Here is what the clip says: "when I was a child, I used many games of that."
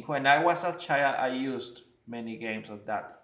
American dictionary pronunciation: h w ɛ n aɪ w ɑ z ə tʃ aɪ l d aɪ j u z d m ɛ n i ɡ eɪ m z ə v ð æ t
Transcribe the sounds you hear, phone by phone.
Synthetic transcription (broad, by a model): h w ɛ n aɪ w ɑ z ə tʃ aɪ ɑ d aɪ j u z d m ɛ n i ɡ eɪ m s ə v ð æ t